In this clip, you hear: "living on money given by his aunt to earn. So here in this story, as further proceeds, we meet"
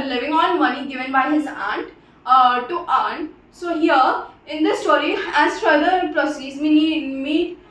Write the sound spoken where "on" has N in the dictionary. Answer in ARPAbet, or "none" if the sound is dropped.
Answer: L